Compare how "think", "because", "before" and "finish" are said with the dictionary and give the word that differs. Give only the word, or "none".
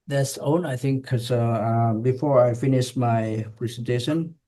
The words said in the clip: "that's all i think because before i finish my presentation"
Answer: because